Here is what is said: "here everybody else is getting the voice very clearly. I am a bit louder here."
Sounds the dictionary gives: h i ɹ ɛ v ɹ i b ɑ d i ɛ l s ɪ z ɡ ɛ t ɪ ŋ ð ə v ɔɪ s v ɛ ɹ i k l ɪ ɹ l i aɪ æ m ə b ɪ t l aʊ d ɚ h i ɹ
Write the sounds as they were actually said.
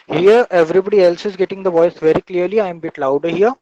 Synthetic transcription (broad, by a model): h i ɹ ɛ v ɹ i b ɑ d i ɛ l s ɪ z ɡ ɛ t ɪ ŋ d ə v ɔɪ s v ɛ ɹ i k l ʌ ɹ l i aɪ m b ɪ t l aʊ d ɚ h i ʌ